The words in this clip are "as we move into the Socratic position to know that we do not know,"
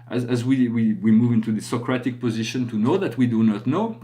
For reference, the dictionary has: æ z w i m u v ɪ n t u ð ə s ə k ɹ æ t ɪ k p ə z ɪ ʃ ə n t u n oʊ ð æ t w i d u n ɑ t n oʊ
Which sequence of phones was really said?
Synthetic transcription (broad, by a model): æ z w i m u v ɪ n t u ð ə s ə k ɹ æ t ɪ k p ə z ɪ ʃ ə n t u n oʊ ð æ t w i d u n ɑ t n oʊ